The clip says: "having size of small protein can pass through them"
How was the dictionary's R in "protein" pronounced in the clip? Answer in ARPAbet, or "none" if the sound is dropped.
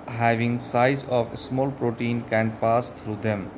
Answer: R